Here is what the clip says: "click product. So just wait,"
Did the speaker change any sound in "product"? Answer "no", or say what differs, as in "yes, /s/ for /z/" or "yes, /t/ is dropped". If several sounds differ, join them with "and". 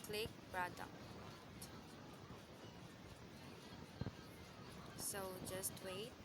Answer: yes, /b/ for /p/ and /k/ is dropped